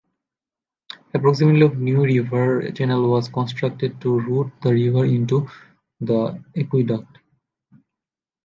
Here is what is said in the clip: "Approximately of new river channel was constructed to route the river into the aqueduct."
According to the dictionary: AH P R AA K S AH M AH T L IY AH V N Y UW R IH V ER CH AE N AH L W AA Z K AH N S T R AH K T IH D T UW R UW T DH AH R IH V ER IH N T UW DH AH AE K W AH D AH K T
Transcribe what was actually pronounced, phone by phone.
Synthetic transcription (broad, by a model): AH P R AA K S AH M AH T IY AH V N Y UW R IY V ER CH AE N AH L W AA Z K AH N S T R AH K T IH D T UW R UW T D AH R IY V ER IH N T UW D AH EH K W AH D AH K T